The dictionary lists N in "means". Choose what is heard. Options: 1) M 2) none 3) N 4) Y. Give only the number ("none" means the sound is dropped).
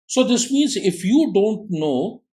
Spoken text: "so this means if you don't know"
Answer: 3